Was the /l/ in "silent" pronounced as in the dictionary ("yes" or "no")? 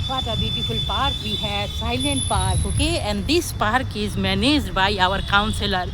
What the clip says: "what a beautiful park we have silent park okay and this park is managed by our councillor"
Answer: yes